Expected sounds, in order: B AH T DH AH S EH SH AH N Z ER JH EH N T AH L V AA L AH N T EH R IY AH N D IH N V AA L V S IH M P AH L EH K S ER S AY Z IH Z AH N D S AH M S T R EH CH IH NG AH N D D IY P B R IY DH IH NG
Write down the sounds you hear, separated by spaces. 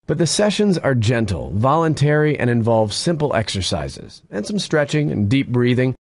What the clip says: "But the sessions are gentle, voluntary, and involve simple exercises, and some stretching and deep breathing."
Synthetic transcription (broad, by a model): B AH T DH AH S EH SH AH N Z ER JH EH N T L V AA L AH N T EH R IY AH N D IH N V AA L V S IH M P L EH K S ER S AY Z IH Z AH N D S AH M S T R EH CH IH NG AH N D D IY P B R IY DH IH NG